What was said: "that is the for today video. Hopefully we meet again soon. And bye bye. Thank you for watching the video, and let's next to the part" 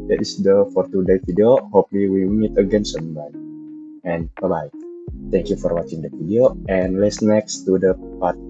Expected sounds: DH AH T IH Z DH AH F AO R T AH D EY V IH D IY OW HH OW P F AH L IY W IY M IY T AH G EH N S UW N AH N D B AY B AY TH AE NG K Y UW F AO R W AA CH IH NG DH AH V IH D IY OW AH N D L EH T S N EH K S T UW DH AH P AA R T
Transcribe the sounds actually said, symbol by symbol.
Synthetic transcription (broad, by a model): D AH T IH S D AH F AO R T AH D EY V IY D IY OW HH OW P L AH W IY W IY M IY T AH G EH N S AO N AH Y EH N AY B AY T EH NG K Y UW F AO R W AA CH IH NG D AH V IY D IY OW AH N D L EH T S N EH K S T UW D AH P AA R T